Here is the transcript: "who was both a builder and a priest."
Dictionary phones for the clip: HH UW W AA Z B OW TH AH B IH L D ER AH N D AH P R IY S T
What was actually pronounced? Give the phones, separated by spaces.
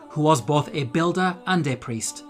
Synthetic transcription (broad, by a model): HH UW W AA Z B OW TH AH B IH L D ER AH N D AH P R IY S T